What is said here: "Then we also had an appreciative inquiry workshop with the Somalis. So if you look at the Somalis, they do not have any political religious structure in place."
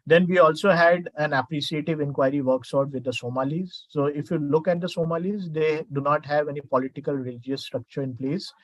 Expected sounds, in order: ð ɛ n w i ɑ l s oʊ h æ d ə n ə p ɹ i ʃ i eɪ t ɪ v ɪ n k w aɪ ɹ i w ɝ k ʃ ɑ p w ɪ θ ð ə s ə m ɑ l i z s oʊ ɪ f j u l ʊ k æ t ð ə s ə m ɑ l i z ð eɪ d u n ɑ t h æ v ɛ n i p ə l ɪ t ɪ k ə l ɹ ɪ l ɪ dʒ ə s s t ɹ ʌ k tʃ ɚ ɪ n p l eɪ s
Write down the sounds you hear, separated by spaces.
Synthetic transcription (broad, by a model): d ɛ n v i ɑ l s oʊ h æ d ə n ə p ɹ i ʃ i eɪ t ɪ v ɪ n k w aɪ ɹ i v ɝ k s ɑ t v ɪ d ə s ə m ɑ l i z s oʊ ɪ f j u l ʊ k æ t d ə s ə m ɑ l i z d eɪ d u n ɑ t h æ v ɛ n i p ə l ɪ t ɪ k ə l ɹ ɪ l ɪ dʒ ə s s t ɹ ʌ k tʃ ɚ ɪ n p l eɪ s